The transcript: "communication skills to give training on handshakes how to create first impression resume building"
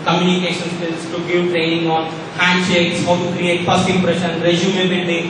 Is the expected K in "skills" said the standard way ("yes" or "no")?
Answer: no